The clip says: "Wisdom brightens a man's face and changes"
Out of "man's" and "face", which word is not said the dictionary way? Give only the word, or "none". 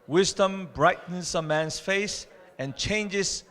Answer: man's